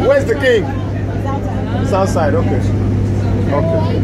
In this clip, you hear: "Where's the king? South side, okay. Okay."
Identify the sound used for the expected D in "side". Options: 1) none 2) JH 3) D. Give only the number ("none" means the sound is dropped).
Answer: 3